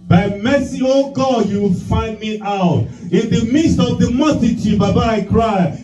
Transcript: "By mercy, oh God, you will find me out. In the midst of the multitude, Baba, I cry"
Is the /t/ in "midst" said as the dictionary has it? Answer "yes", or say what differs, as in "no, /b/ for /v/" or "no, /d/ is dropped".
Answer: yes